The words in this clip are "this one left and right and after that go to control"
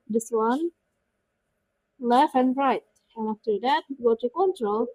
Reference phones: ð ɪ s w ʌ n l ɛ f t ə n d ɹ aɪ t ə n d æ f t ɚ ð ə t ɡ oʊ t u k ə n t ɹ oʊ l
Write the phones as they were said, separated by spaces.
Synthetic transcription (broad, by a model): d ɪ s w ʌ n l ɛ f ə n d ɹ aɪ t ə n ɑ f t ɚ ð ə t ɡ oʊ t u k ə n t ɹ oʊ l